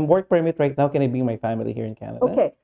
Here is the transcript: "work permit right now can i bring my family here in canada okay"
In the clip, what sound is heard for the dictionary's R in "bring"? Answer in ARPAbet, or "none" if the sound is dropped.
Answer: none